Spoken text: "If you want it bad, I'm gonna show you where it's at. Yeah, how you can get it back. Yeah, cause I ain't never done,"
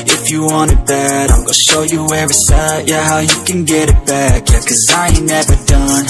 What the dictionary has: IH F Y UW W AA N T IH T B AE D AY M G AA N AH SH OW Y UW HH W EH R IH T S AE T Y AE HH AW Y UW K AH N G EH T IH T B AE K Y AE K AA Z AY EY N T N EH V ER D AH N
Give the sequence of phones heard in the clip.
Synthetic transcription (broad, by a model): IH F Y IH W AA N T IH T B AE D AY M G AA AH SH OW Y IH HH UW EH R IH S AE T Y AE HH AW Y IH K AH N G EH T IH T B AE K Y AE K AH Z AY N N EH V ER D AH N